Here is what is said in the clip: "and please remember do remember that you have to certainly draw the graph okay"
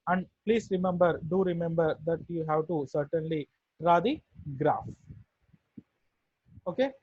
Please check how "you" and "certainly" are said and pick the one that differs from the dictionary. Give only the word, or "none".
none